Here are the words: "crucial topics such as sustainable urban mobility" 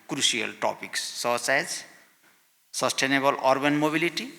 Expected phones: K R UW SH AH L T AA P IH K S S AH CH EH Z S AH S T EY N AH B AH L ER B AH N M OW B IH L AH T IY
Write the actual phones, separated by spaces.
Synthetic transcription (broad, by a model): K R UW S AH L T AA P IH K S S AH S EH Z S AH S T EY N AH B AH L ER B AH N M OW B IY L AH T IY